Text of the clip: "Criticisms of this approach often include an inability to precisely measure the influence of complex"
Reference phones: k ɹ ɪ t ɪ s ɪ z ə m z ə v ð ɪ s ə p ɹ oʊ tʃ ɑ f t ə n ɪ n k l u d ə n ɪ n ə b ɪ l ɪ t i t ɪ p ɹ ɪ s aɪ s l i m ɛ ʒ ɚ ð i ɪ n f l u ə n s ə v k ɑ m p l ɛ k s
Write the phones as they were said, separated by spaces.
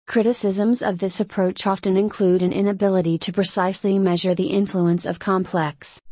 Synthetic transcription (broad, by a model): k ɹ ɪ t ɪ s ɪ z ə m z ə v ð ɪ s ə p ɹ oʊ tʃ ɑ f t ə n ɪ n k l u d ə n ɪ n ə b ɪ l ɪ t i t ɪ p ɹ ɪ s aɪ s l i m ɛ ʒ ɚ ð i ɪ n f l u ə n s ə v k ɑ m p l ɛ k s